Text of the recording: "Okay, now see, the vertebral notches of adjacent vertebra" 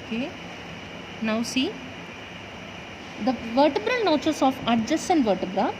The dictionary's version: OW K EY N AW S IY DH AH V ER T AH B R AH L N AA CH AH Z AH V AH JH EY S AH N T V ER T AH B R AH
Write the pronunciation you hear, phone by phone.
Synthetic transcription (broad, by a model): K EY N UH S IY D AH V ER T AH B R AH L N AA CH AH S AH F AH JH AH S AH N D V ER T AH B R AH